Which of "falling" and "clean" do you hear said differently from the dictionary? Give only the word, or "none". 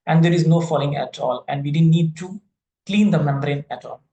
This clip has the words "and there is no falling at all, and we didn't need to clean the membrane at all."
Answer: none